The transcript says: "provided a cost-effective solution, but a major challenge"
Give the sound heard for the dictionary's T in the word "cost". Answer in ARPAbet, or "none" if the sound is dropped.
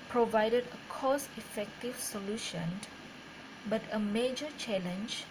none